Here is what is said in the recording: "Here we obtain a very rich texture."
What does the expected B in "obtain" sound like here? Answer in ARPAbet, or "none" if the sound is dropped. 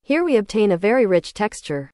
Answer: B